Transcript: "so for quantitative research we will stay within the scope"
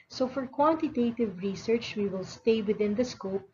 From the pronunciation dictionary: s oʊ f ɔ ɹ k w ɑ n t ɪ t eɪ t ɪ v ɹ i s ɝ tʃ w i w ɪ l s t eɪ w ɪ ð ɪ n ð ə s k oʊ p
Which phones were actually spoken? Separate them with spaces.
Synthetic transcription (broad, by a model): s oʊ f ɔ ɹ k w ɑ n t ɪ t eɪ t ɪ v ɹ i s ɝ tʃ w i w ɪ l s t eɪ w ɪ ð ɪ n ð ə s k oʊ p